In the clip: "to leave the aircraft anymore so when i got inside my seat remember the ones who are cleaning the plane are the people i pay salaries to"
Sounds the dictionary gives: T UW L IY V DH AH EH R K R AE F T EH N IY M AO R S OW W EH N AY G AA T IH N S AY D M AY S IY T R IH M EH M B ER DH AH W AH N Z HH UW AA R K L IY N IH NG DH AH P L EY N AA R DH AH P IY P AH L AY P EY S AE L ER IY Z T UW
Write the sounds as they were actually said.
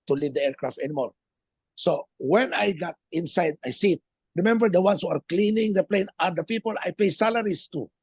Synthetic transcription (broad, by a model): T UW L IY V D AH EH R K R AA F T EH N IY M AO R S OW W EH N AY G AA T IH N S AY D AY S IY T R IH M EH M B ER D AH W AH N S HH UW AA R K L IY N IH NG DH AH P L EY N AA R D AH P IY P AH L AY P EY S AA L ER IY S T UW